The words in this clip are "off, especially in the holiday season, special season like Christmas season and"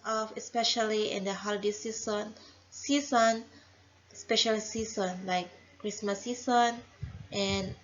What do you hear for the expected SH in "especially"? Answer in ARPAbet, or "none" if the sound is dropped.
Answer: SH